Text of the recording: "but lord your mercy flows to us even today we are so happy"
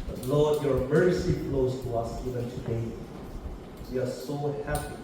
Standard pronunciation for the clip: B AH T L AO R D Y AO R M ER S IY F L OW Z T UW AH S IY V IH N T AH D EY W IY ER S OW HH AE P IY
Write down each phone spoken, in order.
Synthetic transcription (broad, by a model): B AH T L AO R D Y AO R M ER S IY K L OW S T UW AH S IY V IH N T AH D EY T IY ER S OW HH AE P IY